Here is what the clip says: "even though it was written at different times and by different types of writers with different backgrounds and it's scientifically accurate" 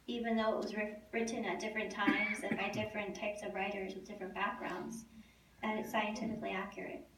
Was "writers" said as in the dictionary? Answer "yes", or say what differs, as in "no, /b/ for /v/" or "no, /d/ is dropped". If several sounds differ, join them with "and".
yes